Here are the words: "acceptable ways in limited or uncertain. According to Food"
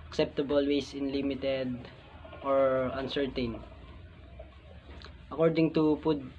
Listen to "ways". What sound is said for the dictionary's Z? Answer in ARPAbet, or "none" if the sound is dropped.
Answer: S